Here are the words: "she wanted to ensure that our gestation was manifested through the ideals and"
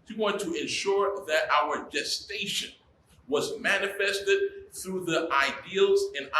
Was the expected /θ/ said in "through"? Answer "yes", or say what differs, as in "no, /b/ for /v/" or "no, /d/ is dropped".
yes